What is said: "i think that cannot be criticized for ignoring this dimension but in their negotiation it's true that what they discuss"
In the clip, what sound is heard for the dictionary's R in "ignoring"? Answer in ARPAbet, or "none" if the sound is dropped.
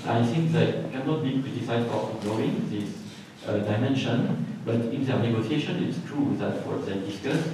none